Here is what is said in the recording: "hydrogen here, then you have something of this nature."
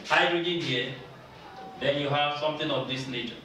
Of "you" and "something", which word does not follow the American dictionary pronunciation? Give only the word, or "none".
something